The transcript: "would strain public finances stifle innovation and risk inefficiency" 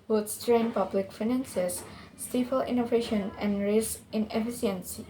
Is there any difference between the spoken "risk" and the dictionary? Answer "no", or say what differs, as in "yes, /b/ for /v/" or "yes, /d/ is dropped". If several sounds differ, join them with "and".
yes, /k/ is dropped